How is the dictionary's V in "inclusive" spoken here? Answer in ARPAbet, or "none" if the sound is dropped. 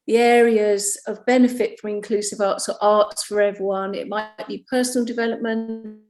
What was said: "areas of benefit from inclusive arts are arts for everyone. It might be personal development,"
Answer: V